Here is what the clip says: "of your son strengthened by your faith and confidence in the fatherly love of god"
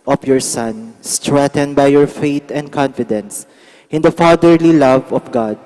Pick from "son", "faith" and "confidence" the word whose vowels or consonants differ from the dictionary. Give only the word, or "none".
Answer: faith